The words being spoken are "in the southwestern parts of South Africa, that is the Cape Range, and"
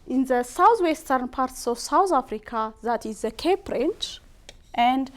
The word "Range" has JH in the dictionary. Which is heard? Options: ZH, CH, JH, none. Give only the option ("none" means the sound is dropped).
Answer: CH